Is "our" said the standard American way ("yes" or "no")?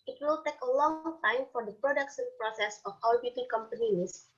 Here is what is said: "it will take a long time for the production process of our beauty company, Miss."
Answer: no